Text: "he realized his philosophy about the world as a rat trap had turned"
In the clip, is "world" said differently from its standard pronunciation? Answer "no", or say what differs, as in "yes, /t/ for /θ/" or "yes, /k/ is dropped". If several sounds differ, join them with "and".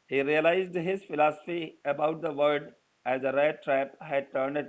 yes, /l/ is dropped